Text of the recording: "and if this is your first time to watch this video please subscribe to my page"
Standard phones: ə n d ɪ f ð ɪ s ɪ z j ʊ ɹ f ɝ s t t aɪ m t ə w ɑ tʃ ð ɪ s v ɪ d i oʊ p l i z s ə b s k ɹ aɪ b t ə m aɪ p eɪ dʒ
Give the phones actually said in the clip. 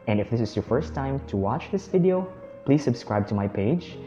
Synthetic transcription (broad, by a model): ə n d ɪ f ð ɪ s ɪ z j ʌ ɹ f ɝ s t t aɪ m t ə w ɑ tʃ ð ɪ s v ɪ d i oʊ p l i z s ə b s k ɹ aɪ b t ə m aɪ p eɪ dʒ